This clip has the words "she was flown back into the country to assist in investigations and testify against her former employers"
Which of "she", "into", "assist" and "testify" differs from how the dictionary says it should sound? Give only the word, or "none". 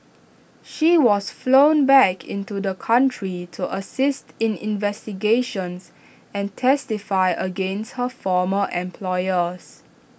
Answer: none